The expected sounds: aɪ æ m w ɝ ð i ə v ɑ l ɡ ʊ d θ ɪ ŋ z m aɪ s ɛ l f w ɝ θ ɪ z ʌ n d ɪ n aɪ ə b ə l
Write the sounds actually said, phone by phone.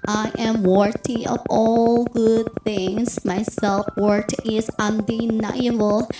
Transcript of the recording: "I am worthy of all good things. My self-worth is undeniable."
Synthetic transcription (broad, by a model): aɪ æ m w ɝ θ i ə v ɑ l ɡ ʊ d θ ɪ ŋ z m aɪ s ɛ l f w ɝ t ɪ z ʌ n d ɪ n aɪ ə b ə l